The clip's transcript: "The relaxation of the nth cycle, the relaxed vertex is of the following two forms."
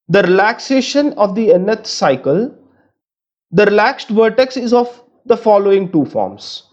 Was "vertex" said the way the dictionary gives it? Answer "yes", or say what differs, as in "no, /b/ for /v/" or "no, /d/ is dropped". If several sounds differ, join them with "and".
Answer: yes